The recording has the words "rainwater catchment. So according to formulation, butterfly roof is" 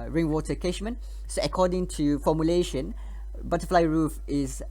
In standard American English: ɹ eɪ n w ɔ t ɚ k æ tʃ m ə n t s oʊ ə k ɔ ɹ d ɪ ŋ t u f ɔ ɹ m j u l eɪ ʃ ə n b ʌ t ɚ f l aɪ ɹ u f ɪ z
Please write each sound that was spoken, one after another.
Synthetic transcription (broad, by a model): ɹ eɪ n w ɔ t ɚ k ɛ ʃ m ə n s oʊ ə k ɔ d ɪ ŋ t u f ɔ m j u l eɪ ʃ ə n b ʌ t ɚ f l aɪ ɹ u f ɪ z